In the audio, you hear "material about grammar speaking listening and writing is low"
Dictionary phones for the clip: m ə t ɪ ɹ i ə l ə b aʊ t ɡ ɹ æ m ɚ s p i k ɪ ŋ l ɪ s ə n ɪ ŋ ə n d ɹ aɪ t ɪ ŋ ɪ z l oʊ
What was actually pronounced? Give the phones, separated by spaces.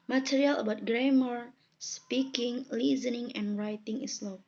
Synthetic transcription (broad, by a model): m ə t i ɹ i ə l ə b aʊ t ɡ ɹ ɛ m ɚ s p i k ɪ ŋ l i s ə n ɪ ŋ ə n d ɹ aɪ t ɪ ŋ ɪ s l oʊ